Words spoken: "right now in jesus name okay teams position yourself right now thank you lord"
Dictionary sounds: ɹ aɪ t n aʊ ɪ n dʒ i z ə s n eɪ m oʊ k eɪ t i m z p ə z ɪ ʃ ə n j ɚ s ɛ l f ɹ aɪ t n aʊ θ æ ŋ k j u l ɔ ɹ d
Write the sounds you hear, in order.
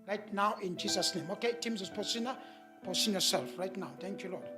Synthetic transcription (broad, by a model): ɹ aɪ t n aʊ ɪ n dʒ i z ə s n eɪ m oʊ k eɪ t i m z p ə s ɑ s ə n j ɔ s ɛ l f ɹ aɪ t n aʊ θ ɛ ŋ k j u l ɔ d